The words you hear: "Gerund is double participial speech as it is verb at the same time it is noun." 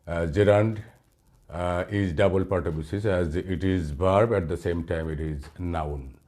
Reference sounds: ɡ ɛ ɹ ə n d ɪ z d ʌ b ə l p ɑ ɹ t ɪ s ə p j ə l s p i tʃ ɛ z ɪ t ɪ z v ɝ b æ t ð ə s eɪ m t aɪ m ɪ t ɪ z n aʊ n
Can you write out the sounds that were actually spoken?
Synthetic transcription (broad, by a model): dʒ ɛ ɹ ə n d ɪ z d ʌ b ə l p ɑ ɹ t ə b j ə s i s ɛ z ɪ t ɪ z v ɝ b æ t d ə s eɪ m t aɪ m ɪ t ɪ z n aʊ n